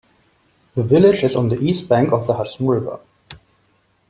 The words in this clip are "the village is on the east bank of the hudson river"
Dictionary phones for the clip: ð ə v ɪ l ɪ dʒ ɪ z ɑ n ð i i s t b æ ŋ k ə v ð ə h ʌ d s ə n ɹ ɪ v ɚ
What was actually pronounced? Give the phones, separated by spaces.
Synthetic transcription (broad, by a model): ð ə v ɪ l ɪ dʒ ɪ z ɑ n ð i i s t b æ ŋ k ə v ð ə h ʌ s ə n ɹ ɪ v ɚ